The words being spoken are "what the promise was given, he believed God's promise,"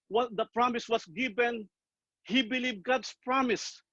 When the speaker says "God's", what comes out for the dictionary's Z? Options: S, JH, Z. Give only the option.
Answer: S